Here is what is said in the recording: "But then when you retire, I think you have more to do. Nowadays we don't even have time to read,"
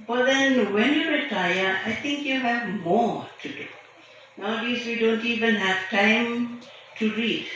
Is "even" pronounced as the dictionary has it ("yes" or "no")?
yes